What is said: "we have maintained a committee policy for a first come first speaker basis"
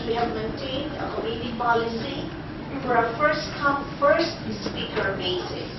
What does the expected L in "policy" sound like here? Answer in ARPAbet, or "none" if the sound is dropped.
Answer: L